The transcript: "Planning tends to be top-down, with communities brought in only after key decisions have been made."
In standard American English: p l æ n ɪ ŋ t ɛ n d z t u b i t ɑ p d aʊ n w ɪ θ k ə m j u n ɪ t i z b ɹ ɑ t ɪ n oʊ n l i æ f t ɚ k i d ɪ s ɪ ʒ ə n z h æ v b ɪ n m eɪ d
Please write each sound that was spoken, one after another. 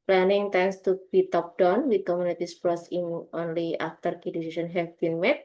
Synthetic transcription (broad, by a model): p l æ n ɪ ŋ t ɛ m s t u b i t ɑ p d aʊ n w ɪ k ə m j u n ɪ t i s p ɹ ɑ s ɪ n oʊ n l i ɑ f t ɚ k i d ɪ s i s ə n h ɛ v b ɪ n m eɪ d